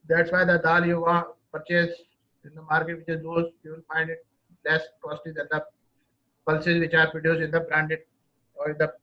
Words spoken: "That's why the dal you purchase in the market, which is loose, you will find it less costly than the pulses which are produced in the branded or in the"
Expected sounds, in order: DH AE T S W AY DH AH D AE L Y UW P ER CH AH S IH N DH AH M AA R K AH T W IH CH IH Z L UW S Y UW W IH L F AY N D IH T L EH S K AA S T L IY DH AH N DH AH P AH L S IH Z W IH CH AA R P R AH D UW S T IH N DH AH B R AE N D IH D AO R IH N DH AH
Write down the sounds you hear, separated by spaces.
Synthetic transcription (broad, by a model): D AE T S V AY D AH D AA L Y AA P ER CH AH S IH N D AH M AA R K AH T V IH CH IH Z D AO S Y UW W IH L F AY N D IH T L EH S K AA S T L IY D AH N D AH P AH L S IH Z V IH CH AA R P AH D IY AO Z IH N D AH B R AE N D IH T AO R IH N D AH